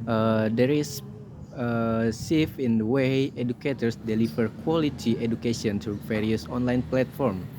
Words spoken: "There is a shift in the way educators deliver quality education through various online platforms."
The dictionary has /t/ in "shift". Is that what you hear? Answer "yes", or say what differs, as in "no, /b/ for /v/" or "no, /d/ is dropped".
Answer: no, /t/ is dropped